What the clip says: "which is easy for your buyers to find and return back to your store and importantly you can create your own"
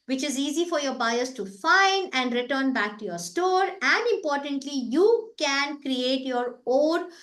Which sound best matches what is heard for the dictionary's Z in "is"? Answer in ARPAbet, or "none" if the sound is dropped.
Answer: Z